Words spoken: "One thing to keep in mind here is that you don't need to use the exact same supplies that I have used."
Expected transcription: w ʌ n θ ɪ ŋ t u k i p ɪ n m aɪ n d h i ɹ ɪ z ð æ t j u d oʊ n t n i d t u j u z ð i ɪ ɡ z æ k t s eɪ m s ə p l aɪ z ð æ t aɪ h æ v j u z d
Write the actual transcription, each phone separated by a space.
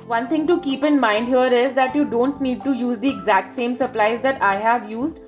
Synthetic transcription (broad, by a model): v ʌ n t ɪ ŋ t u k i p ɪ n m aɪ n d h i ɹ ɪ z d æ t j u d oʊ n t n i d t u j u z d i ɪ ɡ z æ k t s eɪ m s ə p l aɪ z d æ t aɪ h æ v j u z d